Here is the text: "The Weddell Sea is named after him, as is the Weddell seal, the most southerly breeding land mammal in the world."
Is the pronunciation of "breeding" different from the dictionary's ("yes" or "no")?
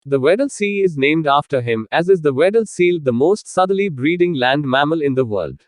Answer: no